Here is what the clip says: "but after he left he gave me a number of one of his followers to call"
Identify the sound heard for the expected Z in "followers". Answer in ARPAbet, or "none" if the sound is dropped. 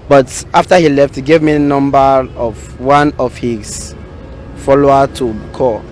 none